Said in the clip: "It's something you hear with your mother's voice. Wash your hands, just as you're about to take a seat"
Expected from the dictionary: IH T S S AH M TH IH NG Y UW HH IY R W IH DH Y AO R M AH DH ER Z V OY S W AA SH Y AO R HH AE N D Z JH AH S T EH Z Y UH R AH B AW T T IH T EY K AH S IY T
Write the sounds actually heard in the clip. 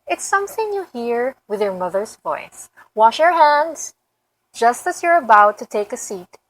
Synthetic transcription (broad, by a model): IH T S S AH M TH IH NG Y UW HH IY R W IH DH Y AO R M AH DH ER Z V OY S W AA SH Y AO R HH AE N D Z JH AH S T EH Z Y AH R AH B AW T T IH T EY K AH S IY T